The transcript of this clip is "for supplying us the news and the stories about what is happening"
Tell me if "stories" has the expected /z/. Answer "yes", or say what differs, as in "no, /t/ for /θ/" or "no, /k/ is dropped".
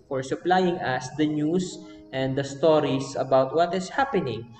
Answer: no, /s/ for /z/